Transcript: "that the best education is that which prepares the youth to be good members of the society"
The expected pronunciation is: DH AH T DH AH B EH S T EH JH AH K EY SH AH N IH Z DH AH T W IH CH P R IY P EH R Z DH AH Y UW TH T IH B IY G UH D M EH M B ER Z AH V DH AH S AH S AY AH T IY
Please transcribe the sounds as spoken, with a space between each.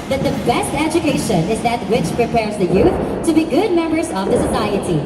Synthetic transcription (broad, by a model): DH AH T DH AH B EH S T EH JH AH K EY SH AH N IH Z DH AH T W IH CH P R IY P EH R Z DH AH Y UW TH T IH B IY G UH D M EH M B ER Z AH V DH AH S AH S AY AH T IY